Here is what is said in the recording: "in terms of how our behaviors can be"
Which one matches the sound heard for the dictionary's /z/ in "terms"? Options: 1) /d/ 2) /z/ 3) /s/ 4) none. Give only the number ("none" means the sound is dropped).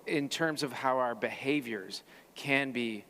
2